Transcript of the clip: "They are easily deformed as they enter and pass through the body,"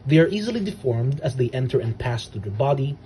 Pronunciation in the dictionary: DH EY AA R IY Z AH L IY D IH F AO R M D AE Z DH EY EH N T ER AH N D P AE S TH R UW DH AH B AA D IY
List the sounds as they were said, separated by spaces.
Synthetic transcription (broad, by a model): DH EY AA R IY Z AH L IY D IH F AO R M D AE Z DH EY EH N T ER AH N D P AE S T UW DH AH B AA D IY